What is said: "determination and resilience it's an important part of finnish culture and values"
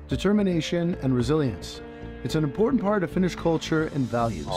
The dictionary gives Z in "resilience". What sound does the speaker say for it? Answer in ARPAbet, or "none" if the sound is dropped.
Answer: Z